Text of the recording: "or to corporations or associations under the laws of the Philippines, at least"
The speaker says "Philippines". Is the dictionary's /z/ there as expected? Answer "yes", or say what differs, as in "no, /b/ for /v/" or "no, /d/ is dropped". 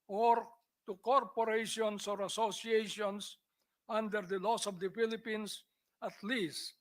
no, /s/ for /z/